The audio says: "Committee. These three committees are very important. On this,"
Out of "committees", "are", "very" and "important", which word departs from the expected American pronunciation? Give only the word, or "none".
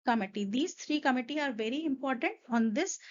committees